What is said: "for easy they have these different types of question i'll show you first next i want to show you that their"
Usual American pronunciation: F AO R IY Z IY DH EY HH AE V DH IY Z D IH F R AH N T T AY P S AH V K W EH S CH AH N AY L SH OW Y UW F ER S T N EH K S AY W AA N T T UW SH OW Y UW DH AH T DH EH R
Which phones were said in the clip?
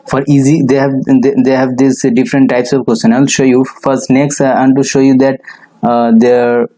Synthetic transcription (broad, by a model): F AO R IY Z IY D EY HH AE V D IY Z D IH F R AH N T T AY P S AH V K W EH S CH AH N AY L SH OW Y UW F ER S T N EH K S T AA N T T UW SH OW Y UW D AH T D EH R